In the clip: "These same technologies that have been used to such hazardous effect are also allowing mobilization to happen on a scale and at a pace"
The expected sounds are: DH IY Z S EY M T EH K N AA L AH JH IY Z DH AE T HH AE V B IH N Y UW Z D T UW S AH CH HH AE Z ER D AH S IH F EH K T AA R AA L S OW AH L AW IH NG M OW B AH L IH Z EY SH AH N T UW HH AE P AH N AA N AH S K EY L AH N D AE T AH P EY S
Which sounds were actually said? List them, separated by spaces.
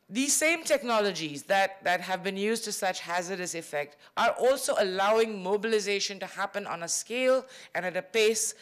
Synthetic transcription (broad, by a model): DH IY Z S EY M T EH K N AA L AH JH IY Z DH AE T HH AE V B IH N Y UW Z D T UW S AH CH HH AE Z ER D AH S IH F EH K T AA R AA L S OW AH L AW IH NG M OW B AH L IH Z EY SH AH N T UW HH AE P AH N AA N AH S K EY L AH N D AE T AH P EY S